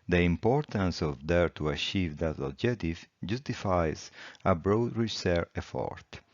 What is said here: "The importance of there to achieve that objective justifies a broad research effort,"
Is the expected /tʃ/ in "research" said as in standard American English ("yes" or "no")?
no